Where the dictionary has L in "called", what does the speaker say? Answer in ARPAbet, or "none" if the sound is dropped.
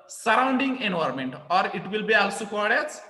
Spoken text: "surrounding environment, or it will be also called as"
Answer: none